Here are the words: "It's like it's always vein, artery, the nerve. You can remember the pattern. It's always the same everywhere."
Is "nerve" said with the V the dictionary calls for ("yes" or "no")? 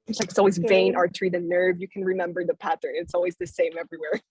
yes